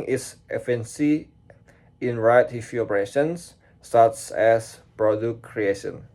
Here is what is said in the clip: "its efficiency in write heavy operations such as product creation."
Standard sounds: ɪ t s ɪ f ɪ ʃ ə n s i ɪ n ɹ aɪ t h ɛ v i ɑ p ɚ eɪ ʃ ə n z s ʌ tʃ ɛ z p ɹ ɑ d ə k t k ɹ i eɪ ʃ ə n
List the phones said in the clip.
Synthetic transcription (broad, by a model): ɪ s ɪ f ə n s i ɪ n ɹ aɪ t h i f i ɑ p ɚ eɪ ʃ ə n s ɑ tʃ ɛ s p ɹ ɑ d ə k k ɹ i eɪ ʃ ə n